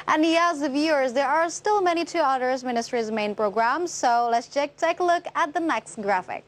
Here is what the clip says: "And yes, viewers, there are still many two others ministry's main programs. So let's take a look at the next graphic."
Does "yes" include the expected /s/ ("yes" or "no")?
no